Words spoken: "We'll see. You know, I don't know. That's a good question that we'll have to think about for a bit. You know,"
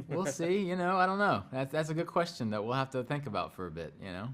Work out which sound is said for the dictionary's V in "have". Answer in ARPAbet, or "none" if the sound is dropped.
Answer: F